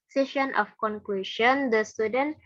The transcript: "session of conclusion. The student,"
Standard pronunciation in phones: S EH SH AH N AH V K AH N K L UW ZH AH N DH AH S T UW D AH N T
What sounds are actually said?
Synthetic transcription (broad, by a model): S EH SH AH N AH F K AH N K W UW SH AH N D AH S T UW D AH N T